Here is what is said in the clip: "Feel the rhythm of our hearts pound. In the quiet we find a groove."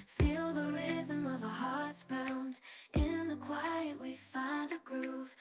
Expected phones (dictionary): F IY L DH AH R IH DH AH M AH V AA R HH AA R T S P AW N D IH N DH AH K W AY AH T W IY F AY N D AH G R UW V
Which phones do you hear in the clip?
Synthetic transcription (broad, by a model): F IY L DH AH R IH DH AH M AH V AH HH AA R T S B AW N D IH N DH AH K W AY AH T W IY F AY N D AH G R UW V